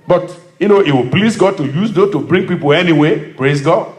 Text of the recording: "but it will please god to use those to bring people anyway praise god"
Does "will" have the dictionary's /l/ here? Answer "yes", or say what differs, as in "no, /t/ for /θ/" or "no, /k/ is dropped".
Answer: no, /w/ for /l/